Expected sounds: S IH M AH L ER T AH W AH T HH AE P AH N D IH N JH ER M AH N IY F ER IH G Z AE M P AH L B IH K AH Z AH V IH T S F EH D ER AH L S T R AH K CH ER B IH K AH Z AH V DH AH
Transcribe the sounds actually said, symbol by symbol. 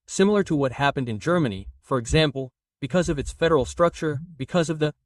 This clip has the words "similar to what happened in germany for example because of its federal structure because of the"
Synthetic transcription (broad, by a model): S IH M L ER T AH W AH T HH AE P AH N D IH N JH ER M AH N IY F ER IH G Z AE M P L B IH K AH Z AH V IH T S F EH D ER L S T R AH K CH ER B IH K AH Z AH V DH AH